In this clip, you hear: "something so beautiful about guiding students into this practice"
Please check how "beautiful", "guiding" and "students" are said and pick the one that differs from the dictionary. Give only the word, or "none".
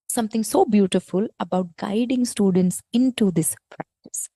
none